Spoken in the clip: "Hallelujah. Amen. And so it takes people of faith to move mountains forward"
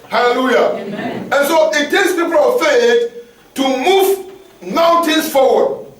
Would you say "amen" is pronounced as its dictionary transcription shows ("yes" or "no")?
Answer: no